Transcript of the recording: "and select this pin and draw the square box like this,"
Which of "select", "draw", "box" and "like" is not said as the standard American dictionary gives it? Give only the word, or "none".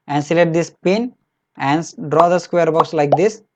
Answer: select